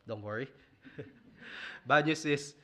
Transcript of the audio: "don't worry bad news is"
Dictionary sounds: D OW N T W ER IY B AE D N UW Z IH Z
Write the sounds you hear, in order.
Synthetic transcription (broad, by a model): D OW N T W ER IY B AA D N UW S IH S